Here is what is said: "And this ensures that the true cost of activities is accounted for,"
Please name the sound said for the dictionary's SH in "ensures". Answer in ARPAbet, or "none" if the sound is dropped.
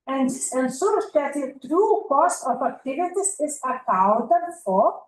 S